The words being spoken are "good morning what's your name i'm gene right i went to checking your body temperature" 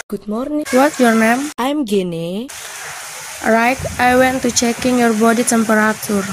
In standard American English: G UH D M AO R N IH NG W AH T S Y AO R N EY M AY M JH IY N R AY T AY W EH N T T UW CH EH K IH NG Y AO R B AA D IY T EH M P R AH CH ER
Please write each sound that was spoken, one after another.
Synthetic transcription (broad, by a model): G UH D M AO R N W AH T Y AO R N EY M AY M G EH N R AY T AY W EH N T T UW CH EH K IH NG Y AO R B AA D IY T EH M P R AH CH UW